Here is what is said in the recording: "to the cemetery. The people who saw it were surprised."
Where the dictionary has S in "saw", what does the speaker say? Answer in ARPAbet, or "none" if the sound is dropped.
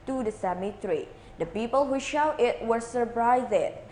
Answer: SH